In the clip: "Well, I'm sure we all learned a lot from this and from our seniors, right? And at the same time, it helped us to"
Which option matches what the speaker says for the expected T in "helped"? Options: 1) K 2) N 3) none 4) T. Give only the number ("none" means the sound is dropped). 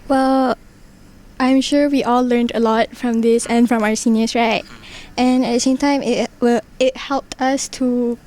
4